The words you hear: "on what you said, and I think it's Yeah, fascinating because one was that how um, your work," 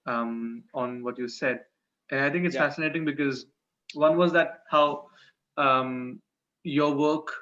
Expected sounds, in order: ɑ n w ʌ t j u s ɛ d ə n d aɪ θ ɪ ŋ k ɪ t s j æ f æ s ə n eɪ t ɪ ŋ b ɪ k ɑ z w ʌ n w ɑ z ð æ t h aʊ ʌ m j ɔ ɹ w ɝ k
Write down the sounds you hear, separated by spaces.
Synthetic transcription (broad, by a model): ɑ n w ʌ t j u s ɛ d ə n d aɪ t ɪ ŋ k ɪ t s f æ s ə n eɪ t ɪ ŋ b ɪ k ɑ z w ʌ n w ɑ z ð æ t h aʊ ʌ m j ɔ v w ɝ k